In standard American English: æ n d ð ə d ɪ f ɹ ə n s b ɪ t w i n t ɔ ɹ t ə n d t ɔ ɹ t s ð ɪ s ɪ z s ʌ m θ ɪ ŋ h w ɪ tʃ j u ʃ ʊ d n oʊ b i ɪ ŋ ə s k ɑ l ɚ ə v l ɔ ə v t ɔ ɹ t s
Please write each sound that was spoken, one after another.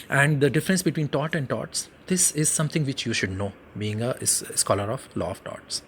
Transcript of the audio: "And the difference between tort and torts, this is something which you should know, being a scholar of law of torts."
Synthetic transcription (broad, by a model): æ n d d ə d ɪ f ɹ ə n s b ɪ t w i n t ɔ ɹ t ə n d t ɔ t s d ɪ s ɪ z s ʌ m t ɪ ŋ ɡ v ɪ tʃ j u ʃ ʊ d n oʊ b i ɪ ŋ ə s k ɑ l ɚ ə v l ɔ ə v t ɔ t s